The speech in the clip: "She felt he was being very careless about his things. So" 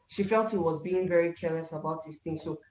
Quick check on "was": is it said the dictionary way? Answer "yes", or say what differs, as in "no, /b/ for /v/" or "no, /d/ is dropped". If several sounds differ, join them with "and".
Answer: yes